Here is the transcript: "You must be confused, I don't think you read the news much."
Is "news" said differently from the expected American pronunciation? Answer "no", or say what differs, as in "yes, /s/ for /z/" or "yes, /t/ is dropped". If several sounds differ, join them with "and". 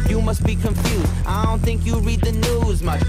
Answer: no